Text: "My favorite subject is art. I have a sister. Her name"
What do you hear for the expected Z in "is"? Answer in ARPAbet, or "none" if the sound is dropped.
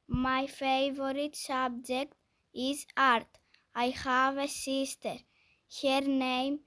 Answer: S